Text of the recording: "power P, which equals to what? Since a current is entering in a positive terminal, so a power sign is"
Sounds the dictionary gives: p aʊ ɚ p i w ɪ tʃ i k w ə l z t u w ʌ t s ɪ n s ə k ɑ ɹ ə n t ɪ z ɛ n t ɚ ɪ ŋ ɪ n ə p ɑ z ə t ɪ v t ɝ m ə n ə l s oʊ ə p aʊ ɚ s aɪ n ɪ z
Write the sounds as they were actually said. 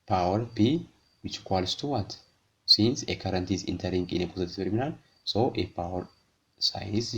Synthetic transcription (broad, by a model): p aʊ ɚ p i w ɪ tʃ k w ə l s t u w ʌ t s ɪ n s ə k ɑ ɹ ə n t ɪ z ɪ n t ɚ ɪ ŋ ɪ n ə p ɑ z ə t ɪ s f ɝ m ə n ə n s oʊ ə p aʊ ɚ s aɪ ɪ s